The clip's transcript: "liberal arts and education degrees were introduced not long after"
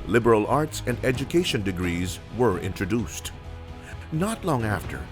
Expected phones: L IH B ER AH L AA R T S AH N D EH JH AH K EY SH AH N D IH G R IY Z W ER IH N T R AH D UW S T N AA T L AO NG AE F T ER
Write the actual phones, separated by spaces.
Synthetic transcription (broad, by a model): L IH B ER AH L AA R T S AH N D EH JH AH K EY SH AH N D IH G R IY Z W ER IH N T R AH D UW S T N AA T L AO NG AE F T ER